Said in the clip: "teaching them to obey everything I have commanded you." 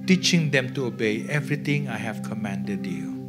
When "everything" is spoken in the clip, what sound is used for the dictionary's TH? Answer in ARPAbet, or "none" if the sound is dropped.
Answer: T